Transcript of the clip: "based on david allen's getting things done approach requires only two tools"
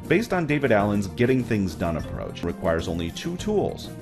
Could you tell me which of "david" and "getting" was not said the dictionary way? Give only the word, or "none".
none